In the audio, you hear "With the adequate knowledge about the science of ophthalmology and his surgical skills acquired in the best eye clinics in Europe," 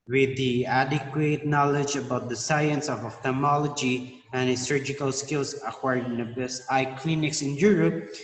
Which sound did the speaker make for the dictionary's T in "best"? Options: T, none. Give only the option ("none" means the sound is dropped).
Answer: none